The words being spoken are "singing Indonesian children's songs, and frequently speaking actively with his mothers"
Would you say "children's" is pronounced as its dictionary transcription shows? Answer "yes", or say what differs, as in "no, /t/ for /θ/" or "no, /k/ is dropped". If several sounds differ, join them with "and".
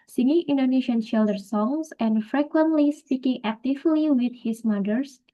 no, /ʃ/ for /tʃ/ and /ɹ/ is dropped